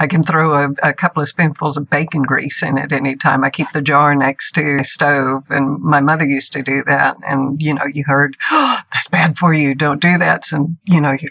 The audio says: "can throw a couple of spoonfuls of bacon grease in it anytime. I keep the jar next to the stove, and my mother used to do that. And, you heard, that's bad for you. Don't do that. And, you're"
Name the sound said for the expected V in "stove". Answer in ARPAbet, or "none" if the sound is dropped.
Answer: V